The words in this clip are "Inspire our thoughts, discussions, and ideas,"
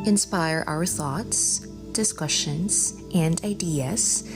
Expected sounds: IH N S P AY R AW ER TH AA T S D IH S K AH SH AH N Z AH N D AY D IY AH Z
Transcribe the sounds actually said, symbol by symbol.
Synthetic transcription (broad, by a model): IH N S P AY R AW ER TH AA T S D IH S K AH SH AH N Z AH N D AY D IY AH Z